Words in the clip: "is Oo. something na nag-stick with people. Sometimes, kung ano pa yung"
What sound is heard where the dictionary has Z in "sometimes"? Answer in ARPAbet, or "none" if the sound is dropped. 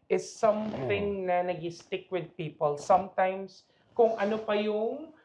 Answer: S